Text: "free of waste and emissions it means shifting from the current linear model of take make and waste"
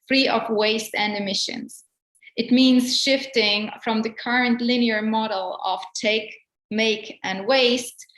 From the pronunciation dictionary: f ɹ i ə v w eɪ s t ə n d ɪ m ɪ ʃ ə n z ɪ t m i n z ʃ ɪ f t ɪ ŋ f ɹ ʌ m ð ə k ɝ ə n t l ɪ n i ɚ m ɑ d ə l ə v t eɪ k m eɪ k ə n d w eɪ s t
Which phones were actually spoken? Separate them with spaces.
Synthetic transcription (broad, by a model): f ɹ i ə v w eɪ s t ə n d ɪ m ɪ ʃ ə n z ɪ t m i n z ʃ ɪ f t ɪ ŋ f ɹ ʌ m ð ə k ɝ ə n t l ɪ n i ɚ m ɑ d l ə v t eɪ k m eɪ k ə n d w eɪ s t